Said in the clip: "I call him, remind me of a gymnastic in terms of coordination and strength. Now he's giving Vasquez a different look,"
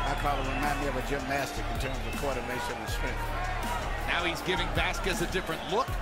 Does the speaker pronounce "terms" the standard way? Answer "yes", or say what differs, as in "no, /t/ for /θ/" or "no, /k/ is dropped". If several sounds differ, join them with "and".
yes